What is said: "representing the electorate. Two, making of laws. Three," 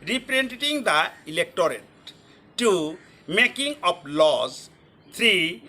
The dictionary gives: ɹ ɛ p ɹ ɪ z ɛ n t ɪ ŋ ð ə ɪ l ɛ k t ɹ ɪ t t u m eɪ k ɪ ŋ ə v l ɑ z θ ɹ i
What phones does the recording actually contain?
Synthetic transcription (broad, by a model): ɹ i p ɹ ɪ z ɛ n t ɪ ŋ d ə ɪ l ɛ k t ɹ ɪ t t u m eɪ k ɪ ŋ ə p l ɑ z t ɹ i